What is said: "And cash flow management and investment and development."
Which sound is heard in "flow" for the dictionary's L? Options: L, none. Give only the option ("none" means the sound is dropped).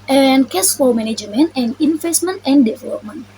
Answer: none